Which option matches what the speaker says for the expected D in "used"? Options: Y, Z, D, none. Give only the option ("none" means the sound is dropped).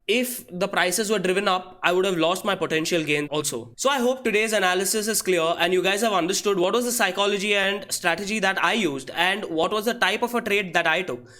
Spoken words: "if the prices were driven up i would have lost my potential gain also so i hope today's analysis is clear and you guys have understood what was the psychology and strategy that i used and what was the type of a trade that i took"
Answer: D